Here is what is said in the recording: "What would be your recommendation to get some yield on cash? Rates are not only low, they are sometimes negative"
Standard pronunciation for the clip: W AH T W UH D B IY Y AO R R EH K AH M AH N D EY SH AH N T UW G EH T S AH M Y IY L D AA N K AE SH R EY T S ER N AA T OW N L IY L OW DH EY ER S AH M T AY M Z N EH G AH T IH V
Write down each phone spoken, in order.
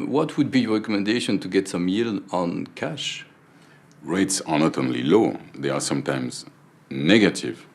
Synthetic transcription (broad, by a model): W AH T W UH D B IY Y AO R R EH K AH M AH N D EY SH AH N T UW G EH T S AH M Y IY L AA N K AE SH R EY T S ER N AA T OW N L IY L OW DH EY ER S AH M T AY M Z N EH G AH T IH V